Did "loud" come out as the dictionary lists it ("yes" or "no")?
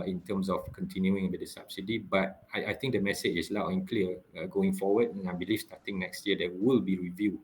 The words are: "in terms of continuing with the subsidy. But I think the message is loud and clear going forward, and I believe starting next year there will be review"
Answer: no